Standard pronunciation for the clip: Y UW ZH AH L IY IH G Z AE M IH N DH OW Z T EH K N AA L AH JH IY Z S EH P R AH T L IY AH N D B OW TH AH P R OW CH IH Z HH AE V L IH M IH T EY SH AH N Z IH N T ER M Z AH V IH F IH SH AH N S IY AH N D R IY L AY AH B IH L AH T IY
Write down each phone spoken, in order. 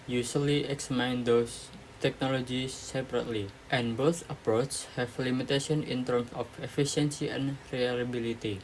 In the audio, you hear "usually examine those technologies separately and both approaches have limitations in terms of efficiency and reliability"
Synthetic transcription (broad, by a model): Y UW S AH L IY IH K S M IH N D OW S T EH K N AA L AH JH IY S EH P R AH T L IY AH N B OW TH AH P R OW CH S HH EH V L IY M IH T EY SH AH N IH N T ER M S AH F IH F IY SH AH N S IY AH N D R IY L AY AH B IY L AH T IY